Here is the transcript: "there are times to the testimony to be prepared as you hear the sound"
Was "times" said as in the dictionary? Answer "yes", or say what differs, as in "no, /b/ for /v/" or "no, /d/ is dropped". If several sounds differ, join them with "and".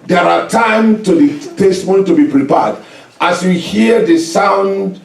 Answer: no, /z/ is dropped